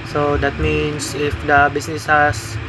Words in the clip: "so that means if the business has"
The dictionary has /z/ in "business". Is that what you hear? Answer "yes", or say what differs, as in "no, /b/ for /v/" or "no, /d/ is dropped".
no, /s/ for /z/